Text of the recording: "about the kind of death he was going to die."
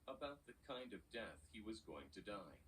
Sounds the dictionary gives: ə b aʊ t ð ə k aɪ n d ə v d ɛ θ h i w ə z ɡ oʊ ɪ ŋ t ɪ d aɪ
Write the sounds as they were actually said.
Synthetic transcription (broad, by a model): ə b aʊ t ð ə k aɪ n d ə v d ɛ θ h i w ə z ɡ oʊ ɪ ŋ t ɪ d aɪ